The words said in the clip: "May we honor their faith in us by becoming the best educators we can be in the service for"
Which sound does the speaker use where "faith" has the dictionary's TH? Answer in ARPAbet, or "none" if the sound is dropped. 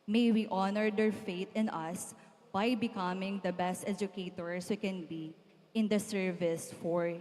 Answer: T